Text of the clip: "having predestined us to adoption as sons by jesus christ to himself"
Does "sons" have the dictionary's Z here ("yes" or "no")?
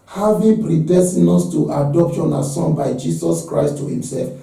no